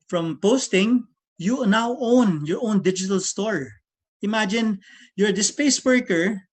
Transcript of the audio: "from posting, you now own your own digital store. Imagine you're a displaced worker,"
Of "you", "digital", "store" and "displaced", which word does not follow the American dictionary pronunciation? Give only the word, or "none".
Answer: displaced